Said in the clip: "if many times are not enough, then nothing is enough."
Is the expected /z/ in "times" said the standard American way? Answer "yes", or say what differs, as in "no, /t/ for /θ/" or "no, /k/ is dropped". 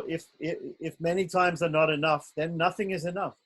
yes